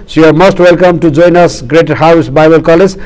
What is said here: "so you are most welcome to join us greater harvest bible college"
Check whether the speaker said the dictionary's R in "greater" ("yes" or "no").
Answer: yes